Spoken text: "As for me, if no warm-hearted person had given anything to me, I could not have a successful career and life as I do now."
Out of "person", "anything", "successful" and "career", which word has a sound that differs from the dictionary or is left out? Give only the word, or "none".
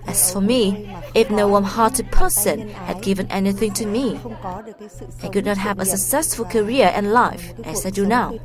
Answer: none